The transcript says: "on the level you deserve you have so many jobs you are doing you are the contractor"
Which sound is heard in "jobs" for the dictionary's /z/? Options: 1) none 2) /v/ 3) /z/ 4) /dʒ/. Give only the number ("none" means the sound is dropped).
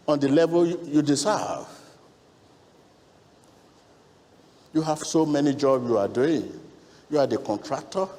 1